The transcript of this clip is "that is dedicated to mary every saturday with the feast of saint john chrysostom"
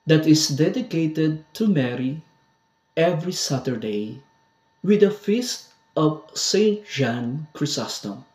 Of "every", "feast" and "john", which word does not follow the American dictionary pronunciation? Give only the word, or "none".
john